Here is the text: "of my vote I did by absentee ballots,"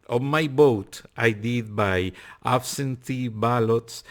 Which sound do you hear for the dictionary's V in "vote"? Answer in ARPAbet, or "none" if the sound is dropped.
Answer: B